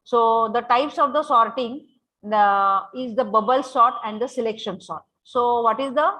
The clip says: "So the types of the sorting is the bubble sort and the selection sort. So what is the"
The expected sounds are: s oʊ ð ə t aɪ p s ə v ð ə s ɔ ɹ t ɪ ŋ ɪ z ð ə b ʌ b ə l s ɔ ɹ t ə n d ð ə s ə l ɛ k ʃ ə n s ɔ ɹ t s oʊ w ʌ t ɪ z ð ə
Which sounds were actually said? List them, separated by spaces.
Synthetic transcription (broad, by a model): s oʊ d ə t aɪ p s ə v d ə s ɔ ɹ t ɪ ŋ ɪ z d ə b ʌ b ə l s ɔ t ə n d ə s ə l ɛ k ʃ ə n s ɔ t s oʊ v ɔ t ɪ z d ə